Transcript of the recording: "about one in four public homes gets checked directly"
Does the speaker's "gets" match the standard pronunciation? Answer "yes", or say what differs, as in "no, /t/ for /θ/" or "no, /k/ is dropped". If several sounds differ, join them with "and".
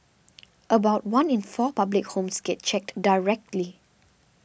no, /s/ is dropped